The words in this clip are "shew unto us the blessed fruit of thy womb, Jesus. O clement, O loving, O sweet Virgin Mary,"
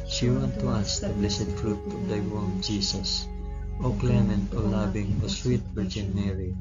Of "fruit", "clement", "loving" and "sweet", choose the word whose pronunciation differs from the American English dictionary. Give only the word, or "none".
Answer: loving